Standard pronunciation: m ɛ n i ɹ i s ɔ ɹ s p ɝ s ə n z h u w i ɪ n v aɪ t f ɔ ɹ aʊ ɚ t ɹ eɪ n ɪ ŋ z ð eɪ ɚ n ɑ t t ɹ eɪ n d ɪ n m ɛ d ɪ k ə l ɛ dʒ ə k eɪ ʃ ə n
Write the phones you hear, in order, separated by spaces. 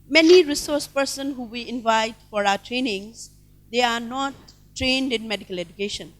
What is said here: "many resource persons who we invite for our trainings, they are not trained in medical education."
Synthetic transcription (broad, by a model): m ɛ n i ɹ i s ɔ ɹ s p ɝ s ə n h u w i ɪ n v aɪ t f ɔ ɹ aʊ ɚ t ɹ eɪ n ɪ ŋ z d eɪ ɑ n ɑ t t ɹ eɪ n d ɪ n m ɛ d ɪ k ə l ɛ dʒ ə k eɪ ʃ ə n